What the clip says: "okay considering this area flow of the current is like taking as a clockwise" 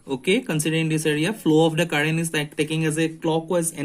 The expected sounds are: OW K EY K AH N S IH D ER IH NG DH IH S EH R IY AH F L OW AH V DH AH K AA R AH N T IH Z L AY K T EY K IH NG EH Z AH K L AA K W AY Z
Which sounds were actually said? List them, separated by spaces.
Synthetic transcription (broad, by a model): OW K EY K AH N S IH D ER IH NG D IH S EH R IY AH F L OW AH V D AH K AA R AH N IH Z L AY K T EY K IH NG EH Z AH K L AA K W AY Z